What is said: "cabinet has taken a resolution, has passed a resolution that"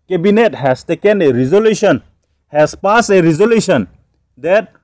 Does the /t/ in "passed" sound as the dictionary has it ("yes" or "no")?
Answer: no